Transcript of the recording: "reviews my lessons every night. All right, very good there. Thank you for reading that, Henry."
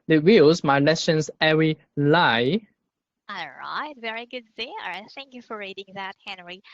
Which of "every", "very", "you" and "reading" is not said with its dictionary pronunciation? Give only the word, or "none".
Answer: every